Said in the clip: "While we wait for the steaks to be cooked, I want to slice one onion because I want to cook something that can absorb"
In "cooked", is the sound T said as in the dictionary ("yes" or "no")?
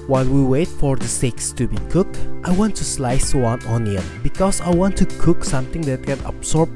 yes